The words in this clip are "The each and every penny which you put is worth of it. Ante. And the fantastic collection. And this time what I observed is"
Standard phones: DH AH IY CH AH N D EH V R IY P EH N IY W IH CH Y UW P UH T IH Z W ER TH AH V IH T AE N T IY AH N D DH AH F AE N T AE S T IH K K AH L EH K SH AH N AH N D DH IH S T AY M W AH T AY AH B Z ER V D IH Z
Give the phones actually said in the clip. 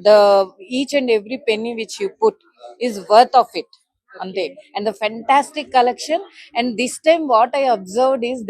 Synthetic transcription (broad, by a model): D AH IY CH AH N D EH V R IY P EH N IY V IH CH Y UW P UH T IH Z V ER T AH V IH T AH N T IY AH N D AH F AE N T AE S T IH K K AH L EH K SH AH N AH N D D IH S T AY M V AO T AY AH B Z ER V D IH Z